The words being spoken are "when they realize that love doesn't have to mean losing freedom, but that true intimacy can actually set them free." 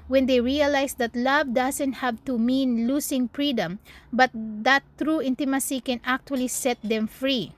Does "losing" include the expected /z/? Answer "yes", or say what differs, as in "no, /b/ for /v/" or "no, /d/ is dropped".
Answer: no, /s/ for /z/